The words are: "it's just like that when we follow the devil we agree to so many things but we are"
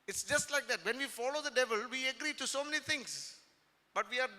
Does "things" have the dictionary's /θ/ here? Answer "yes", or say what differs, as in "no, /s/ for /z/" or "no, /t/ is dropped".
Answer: no, /t/ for /θ/